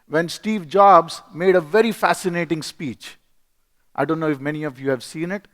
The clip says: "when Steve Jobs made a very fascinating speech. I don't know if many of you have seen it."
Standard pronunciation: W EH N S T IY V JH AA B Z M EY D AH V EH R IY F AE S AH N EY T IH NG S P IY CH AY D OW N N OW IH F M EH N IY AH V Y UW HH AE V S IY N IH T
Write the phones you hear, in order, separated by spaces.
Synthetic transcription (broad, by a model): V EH N S T IY V JH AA B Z M EY D AH V EH R IY F AE S AH N EY T IH NG S P IY CH AY D OW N N OW IH F M EH N IY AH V Y UW HH AE V S IY N IH T